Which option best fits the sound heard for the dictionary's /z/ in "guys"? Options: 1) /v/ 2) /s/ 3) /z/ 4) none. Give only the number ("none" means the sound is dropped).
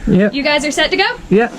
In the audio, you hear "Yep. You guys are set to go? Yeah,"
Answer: 3